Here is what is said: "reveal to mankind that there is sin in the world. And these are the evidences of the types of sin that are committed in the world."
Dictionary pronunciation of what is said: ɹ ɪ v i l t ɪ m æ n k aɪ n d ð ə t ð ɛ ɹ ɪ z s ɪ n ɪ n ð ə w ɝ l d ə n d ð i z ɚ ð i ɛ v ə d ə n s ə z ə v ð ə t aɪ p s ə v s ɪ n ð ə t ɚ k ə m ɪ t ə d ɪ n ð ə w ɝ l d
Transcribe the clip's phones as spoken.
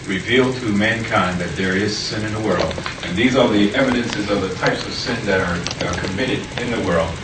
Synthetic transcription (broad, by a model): ɹ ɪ v i l t ɪ m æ n k aɪ n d ð ə t ð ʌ ɹ ɪ z s ɪ n ɪ n ð ə w ɝ l d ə n ð i z ɚ ð i ɛ v ə d ə n s ə z ə v ð ə t aɪ p s ə v s ɪ n ð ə t ɚ k ə m ɪ t ə d ɪ n ð ə w ɝ l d